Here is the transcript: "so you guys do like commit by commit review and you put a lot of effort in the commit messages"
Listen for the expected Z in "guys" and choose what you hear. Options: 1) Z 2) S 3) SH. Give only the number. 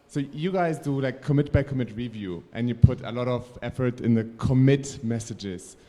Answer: 1